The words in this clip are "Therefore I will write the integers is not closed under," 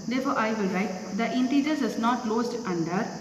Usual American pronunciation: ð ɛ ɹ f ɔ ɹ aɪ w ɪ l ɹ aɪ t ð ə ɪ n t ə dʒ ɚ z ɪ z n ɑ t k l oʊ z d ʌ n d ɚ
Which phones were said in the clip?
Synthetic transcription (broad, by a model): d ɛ ɹ f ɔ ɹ aɪ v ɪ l ɹ aɪ t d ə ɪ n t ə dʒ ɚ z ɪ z n ɑ t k l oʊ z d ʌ n d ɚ